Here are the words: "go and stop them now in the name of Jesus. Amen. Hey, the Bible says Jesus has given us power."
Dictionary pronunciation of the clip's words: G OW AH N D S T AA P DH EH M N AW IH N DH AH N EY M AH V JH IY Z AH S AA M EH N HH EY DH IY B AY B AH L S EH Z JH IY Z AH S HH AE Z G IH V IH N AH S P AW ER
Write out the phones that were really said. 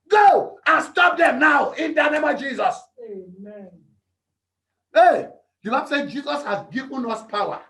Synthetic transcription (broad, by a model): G OW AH N S T AA P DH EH N AW IH N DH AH N EY M AH V JH IY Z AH S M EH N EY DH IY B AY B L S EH JH IY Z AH S HH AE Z G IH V N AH S P AW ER